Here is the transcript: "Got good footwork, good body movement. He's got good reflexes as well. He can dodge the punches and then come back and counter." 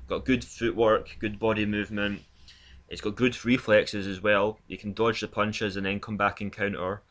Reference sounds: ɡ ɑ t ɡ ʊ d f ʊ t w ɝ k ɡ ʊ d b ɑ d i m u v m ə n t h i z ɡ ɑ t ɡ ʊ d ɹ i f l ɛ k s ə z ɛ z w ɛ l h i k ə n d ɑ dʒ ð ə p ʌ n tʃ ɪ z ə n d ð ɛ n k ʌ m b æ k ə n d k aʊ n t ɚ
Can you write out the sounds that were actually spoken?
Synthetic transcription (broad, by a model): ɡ ɑ t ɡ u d f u t w ɝ k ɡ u d b ɑ d i m u v m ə n t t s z ɡ ɑ t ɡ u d ɹ i f l ɛ k s ə z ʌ z w ɛ l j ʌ k ə n d ɑ dʒ ð ə p ʌ n tʃ ɪ z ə n ð ɛ n k ʌ m b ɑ k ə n k aʊ n t ɚ